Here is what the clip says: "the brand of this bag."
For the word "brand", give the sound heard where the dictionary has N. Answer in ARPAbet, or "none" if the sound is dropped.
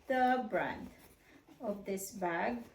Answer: N